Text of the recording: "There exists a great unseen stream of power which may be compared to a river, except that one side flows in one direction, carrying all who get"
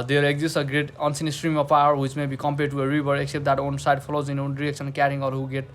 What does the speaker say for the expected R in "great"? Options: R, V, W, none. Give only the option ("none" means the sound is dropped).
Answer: R